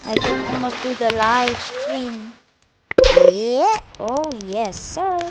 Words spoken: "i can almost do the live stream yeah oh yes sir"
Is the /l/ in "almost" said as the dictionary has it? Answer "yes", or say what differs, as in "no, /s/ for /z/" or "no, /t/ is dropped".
no, /l/ is dropped